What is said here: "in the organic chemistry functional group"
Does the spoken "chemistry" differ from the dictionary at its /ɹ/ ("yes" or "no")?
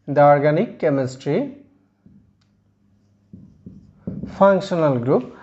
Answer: no